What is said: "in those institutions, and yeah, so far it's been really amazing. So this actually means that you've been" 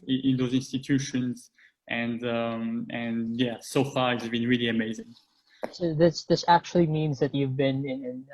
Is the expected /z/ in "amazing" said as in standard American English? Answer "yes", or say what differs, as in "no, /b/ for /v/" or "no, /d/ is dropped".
yes